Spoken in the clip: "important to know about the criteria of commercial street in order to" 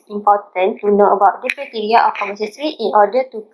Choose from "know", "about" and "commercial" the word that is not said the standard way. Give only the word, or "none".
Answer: commercial